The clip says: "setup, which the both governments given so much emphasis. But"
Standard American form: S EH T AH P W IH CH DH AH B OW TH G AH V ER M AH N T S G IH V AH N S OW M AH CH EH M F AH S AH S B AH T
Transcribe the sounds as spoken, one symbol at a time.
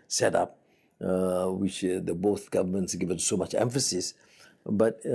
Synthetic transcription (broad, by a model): S EH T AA P W IH CH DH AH B OW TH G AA V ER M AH N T S G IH V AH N S OW M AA CH EH M F AH S AH S B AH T